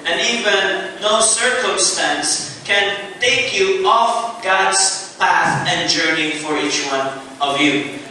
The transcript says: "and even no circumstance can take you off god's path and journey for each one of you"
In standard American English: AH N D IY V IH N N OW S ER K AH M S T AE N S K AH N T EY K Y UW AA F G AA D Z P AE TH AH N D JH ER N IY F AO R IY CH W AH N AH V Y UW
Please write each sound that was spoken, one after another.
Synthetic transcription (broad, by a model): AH N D IY V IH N N OW S ER K AH M S T AE N S K AH N T EY K Y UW AA F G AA D S P AE TH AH N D JH ER N IY F AO R IY CH W AH N AH V Y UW